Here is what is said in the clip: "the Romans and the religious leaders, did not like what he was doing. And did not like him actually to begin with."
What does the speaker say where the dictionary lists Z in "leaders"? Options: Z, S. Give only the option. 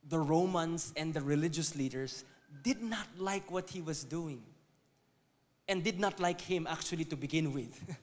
S